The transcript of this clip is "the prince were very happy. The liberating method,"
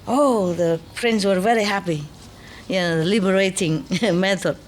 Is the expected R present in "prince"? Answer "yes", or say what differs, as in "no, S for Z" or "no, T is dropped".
yes